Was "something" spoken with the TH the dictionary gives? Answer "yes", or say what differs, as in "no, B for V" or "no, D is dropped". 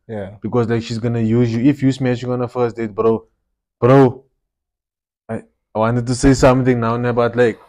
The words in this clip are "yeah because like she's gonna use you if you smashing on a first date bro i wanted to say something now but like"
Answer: no, T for TH